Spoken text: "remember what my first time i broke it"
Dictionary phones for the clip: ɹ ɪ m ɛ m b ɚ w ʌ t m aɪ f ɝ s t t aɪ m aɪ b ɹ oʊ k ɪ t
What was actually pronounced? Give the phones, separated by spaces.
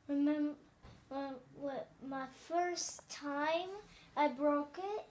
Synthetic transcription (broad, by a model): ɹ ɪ m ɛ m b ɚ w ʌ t m aɪ f ɝ s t t aɪ m aɪ b ɹ oʊ k ɪ t